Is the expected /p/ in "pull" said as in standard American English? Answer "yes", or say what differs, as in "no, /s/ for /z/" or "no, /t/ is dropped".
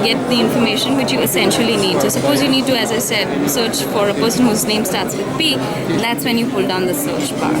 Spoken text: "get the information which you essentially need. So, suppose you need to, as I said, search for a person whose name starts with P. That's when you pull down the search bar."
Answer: no, /f/ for /p/